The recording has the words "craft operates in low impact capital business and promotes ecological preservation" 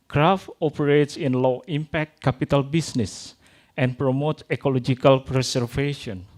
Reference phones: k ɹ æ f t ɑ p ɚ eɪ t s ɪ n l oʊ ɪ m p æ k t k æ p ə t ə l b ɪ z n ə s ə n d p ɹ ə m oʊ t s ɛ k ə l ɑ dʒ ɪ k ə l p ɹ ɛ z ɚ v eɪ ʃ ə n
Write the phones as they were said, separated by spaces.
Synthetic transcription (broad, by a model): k ɹ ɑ f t ɑ p ɚ eɪ t s ɪ n l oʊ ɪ m p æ k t k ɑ p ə t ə l b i s n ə s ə n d p ɹ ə m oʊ t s ɛ k ə l ɑ dʒ ɪ k ə l p ɹ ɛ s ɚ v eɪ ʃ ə n